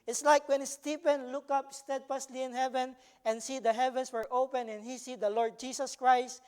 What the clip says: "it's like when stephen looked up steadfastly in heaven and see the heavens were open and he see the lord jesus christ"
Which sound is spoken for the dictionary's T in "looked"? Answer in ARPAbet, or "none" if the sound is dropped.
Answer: none